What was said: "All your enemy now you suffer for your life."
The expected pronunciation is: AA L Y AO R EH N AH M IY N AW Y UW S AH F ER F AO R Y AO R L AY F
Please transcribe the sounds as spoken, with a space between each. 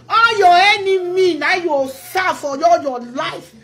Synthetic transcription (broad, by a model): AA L Y AO EH N AH M IY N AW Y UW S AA F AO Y AO L Y AO L AY F